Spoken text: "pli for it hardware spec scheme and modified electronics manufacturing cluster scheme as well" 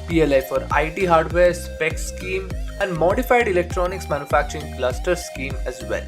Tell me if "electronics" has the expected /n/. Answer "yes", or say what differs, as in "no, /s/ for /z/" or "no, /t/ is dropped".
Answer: yes